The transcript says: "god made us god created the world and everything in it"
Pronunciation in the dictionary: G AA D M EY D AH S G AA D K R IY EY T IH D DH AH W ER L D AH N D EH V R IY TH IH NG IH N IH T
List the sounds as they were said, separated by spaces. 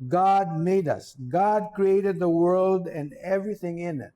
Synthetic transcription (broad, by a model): G AA D M EY D AH S G AA D K R IY EY T IH D DH AH W ER L D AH N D EH V R IY TH IH NG IH N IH T